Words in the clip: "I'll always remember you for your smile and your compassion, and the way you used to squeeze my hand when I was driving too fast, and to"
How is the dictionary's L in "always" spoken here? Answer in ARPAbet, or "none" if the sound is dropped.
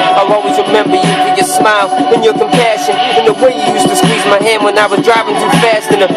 none